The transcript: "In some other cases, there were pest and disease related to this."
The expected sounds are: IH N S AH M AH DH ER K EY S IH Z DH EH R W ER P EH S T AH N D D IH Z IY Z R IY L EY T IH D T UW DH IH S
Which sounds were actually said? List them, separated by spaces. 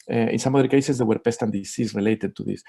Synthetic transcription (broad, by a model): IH N S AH M AH DH ER K EY S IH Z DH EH W ER P EH S T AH N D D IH S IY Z R IY L EY T IH D T UW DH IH S